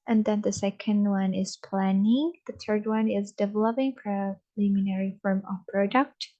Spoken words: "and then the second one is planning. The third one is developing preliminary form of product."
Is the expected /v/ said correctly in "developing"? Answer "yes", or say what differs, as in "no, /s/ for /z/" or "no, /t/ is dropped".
yes